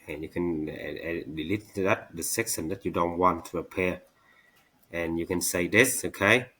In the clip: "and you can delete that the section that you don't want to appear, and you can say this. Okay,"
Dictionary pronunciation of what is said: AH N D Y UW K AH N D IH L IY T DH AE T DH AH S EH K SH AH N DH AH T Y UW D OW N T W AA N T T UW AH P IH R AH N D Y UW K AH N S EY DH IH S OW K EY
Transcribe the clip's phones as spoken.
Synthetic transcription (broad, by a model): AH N Y UW K AH N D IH L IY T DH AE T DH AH S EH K S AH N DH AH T Y UW D OW N T W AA N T T UW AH P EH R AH N Y UW K AH N S EY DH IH S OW K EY